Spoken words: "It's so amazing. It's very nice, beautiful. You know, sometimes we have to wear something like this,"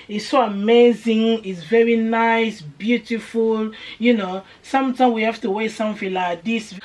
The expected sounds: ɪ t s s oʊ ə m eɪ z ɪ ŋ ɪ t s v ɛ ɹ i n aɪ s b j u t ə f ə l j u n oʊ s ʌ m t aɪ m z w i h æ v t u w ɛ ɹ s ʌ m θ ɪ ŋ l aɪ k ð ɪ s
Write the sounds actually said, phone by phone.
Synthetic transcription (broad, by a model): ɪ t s s oʊ ə m eɪ z ɪ ŋ ɪ t s v ɛ ɹ i n aɪ s b j u t ə f ə l j u n oʊ s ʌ m t aɪ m w i h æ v t u w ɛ s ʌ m f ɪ l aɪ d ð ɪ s